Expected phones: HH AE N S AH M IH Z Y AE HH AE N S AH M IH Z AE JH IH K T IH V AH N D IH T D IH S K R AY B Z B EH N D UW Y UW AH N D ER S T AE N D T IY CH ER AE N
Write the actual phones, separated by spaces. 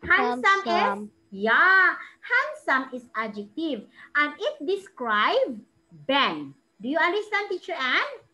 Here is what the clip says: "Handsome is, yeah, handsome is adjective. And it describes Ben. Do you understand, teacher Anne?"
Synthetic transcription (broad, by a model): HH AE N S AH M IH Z Y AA HH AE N S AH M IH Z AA JH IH K T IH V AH N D IH T D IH S K R AY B B EH N D UW Y UW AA N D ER S T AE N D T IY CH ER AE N